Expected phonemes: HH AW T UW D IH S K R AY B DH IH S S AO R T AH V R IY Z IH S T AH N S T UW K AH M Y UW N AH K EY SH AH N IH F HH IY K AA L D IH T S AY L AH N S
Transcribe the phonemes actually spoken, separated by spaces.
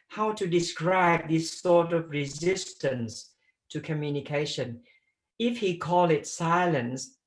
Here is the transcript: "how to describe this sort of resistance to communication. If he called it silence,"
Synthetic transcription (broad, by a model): HH AW T UW D IH S K R AY B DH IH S S AO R T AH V R IY Z IH S T AH N S T UW K AH M Y UW N AH K EY SH AH N IH F HH IY K AA L IH T S AY L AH N S